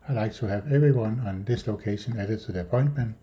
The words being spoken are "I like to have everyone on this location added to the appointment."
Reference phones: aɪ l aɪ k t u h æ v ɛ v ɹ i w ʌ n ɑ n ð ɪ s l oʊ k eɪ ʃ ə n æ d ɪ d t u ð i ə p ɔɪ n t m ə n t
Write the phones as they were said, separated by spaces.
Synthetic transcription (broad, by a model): aɪ l aɪ k t u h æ v ɛ v ɹ i w ʌ n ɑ n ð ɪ s l oʊ k eɪ ʃ ə n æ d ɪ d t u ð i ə p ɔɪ n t m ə n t